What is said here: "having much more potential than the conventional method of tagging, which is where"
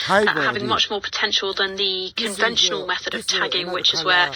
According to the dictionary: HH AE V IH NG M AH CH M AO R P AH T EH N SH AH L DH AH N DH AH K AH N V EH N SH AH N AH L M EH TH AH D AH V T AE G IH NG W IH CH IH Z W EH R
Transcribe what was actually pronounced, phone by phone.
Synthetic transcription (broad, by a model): HH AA V IH NG M AH CH M AO P AH T EH N SH AH L DH AH N DH AH K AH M V EH N SH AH N AH L M EH TH AH D AH V T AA G IH NG W IH CH IH Z W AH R